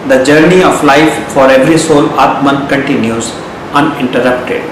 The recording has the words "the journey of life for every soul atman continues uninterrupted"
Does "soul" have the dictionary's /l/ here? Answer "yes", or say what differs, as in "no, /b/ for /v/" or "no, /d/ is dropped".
yes